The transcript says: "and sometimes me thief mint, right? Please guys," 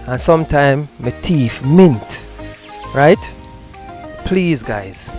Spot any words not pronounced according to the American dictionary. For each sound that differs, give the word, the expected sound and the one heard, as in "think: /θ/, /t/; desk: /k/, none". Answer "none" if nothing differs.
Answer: sometimes: /z/, none; thief: /θ/, /t/